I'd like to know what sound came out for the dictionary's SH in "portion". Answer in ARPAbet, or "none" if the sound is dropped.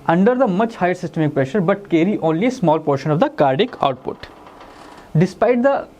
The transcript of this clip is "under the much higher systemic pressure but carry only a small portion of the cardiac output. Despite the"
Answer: SH